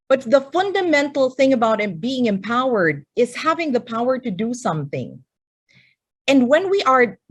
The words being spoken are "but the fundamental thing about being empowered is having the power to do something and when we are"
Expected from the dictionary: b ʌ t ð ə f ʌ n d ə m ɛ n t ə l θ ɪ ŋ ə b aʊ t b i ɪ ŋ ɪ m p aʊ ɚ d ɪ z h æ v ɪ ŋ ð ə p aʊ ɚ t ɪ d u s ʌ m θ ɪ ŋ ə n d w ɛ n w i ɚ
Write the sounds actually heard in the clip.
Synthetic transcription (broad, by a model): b ʌ t ð ə f ʌ n d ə m ɛ n t l θ ɪ ŋ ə b aʊ t b i ɪ ŋ ɪ m p aʊ ɚ d ɪ z h æ v ɪ ŋ ð ə p aʊ ɚ t ɪ d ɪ s ʌ m θ ɪ ŋ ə n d w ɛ n w i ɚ